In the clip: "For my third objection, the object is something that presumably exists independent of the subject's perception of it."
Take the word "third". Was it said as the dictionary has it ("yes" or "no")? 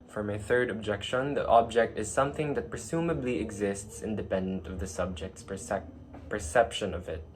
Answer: yes